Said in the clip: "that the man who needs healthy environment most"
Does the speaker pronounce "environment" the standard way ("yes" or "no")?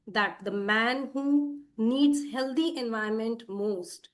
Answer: no